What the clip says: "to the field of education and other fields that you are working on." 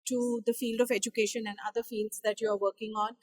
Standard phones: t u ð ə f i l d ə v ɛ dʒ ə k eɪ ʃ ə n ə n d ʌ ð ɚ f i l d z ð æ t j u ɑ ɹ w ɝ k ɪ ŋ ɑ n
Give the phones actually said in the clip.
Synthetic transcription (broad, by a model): t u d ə f i l d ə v ɛ dʒ ə k eɪ ʃ ə n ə n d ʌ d ɚ f i l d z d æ t j u ɑ ɹ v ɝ k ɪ ŋ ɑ n